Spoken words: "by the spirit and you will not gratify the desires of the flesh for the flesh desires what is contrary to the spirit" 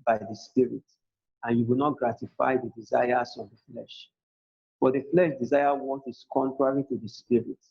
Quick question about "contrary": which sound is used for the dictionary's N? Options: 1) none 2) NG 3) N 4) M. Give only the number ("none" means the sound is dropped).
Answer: 3